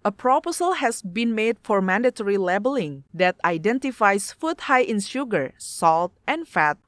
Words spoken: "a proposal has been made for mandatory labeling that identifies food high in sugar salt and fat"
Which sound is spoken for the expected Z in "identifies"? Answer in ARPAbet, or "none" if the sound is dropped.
S